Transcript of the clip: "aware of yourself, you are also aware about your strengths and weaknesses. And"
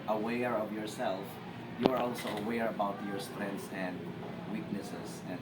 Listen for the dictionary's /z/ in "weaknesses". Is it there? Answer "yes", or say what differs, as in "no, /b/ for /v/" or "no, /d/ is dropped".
no, /s/ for /z/